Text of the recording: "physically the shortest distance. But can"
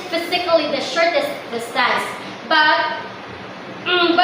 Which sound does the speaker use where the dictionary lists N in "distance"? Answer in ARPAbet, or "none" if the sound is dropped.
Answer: none